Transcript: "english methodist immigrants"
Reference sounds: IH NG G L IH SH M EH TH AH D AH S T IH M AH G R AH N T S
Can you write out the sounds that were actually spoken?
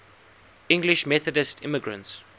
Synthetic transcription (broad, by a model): IH NG G L IH SH M EH TH AH D AH S T IH M AH G R AH N T S